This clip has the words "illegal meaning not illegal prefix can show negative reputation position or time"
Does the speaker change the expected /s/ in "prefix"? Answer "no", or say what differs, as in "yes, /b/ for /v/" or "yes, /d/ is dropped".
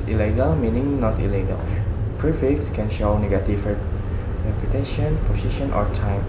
no